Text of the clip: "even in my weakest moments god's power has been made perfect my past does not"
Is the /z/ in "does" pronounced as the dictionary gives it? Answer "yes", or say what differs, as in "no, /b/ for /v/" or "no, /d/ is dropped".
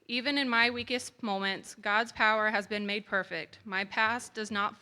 yes